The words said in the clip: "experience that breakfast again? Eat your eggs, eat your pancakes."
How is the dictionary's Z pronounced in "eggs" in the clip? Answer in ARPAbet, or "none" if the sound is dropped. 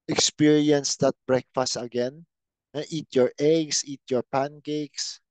S